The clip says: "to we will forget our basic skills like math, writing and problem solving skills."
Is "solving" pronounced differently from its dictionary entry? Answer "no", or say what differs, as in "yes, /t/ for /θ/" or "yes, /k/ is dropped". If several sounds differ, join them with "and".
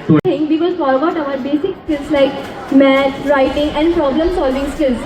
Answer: no